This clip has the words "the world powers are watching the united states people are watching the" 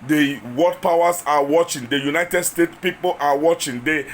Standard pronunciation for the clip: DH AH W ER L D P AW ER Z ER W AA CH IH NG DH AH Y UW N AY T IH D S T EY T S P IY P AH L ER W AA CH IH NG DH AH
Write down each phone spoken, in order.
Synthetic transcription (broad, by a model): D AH W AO D P AW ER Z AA W AA CH IH NG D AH Y UW N AY T IH D S T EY T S P IY P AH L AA W AA CH IH NG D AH